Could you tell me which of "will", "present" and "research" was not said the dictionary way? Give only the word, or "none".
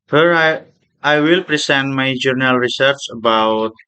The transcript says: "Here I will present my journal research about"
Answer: present